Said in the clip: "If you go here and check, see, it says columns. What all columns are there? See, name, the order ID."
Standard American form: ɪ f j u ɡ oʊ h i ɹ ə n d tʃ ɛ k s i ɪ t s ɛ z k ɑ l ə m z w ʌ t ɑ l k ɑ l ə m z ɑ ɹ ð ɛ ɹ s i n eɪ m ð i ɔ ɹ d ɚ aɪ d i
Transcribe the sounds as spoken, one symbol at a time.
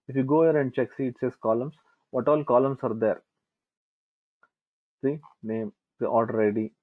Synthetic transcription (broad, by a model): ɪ f j u ɡ oʊ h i ɹ ə n d tʃ ɛ k s i ɪ t s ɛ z k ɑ l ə m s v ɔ t ɑ l k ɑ l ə m s ɑ ɹ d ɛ ɹ s i n eɪ m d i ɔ l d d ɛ d i